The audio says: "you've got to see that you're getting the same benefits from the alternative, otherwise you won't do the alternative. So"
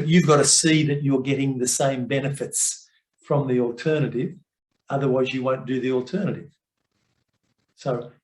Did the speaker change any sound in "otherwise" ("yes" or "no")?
no